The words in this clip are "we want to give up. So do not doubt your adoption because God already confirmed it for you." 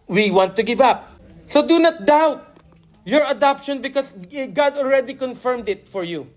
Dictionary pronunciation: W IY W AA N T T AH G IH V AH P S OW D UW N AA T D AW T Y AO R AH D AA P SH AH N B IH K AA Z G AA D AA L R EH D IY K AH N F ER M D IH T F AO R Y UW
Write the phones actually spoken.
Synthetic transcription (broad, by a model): W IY W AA N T T AH G IH V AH P S OW D UW N AA T D AW T Y AO R AH D AA P SH AH N B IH K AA S G AA D AA L R EH D IY K AH N F ER M D IH T F AO R Y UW